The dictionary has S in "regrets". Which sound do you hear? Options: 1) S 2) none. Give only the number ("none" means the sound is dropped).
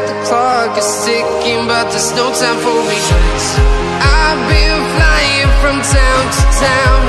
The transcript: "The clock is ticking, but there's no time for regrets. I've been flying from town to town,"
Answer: 2